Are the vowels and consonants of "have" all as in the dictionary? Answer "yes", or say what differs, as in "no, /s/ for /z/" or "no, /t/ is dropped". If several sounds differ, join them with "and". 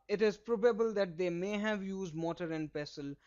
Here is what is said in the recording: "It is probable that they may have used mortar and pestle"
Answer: yes